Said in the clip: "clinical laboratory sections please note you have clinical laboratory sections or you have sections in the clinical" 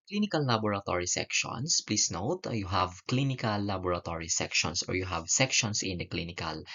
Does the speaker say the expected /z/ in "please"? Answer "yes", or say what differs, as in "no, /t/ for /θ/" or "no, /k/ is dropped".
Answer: no, /s/ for /z/